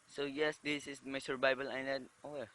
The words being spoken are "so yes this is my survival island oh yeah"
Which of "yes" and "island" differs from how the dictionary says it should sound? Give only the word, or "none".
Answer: island